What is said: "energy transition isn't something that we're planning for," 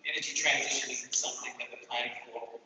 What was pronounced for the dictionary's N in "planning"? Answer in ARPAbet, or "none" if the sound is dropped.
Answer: none